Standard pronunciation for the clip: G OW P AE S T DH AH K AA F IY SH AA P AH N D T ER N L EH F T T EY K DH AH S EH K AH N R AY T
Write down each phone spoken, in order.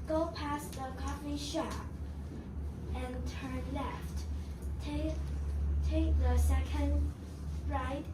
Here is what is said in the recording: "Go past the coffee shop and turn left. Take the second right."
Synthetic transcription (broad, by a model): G OW P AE S DH AH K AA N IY SH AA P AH N T ER N L EH F T T EY K DH AH S EH K AH N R AY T